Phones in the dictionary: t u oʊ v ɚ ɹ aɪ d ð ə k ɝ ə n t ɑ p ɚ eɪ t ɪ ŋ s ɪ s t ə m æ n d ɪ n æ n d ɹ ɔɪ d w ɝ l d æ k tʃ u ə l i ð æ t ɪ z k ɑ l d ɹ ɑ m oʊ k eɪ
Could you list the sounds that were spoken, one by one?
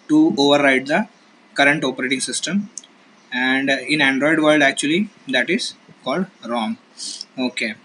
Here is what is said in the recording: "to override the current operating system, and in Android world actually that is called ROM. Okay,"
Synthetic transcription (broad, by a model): t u oʊ v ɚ ɹ aɪ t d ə k ɝ ə n t ɑ p ɚ eɪ t ɪ ŋ s ɪ s t ə m æ n d ɪ n æ n d ɹ ɔɪ d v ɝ l d æ k tʃ u ə l i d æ t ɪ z k ɑ l d ɹ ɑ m oʊ k eɪ